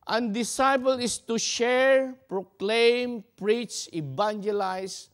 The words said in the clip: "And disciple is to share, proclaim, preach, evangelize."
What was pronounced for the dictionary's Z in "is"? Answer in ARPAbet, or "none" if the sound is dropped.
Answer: S